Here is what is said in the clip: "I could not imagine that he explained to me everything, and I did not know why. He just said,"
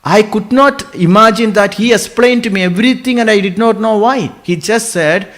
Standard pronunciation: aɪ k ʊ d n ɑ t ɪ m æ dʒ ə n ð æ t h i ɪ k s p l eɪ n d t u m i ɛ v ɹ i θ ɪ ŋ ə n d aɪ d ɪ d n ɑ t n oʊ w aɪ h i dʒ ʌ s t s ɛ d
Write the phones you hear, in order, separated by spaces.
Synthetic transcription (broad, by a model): aɪ k ʊ d n ɑ t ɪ m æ dʒ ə n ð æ t h i ɪ k s p l eɪ n d t u m i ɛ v ɹ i t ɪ ŋ ə n d aɪ d ɪ d n ɑ t n oʊ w aɪ h i dʒ ʌ s t s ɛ d